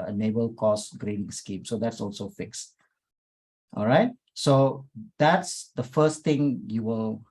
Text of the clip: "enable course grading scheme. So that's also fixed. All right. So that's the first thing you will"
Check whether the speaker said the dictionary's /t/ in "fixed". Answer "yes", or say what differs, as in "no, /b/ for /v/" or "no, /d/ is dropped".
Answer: yes